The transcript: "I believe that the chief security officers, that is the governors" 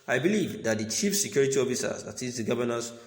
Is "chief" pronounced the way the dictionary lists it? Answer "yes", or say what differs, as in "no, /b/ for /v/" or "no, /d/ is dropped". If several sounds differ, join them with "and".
yes